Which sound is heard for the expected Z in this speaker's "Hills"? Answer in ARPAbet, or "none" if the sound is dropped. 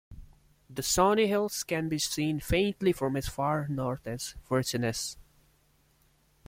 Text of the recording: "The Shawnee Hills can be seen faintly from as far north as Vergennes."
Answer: S